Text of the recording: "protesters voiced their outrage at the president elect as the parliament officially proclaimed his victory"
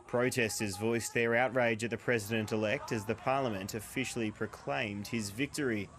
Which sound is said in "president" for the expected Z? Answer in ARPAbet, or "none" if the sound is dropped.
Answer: Z